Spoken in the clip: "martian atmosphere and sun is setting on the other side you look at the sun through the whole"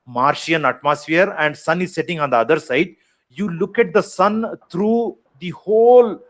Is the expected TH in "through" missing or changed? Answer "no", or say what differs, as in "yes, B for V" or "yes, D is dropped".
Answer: yes, T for TH